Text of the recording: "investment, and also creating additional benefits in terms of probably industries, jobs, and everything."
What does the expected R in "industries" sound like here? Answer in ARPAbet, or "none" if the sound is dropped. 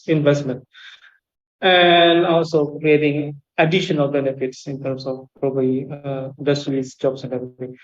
L